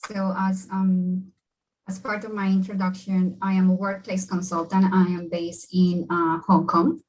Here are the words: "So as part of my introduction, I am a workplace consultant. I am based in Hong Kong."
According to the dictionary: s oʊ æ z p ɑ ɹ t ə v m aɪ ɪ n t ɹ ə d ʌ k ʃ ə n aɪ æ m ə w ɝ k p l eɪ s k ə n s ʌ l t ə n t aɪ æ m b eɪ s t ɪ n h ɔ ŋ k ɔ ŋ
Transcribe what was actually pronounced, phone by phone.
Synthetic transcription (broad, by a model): s oʊ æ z p ɑ ɹ t ə v m aɪ ɪ n t ɹ ə d ʌ k ʃ ə n aɪ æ m ə w ɝ k p l eɪ s k ə n s ʌ l t ə n t aɪ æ m b eɪ s t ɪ n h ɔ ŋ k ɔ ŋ